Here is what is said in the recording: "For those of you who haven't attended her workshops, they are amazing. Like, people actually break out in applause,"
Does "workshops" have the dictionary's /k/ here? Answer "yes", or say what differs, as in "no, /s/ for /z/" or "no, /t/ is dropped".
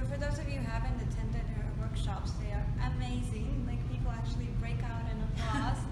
yes